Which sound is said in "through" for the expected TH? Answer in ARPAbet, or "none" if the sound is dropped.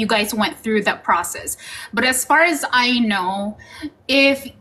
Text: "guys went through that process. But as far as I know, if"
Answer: TH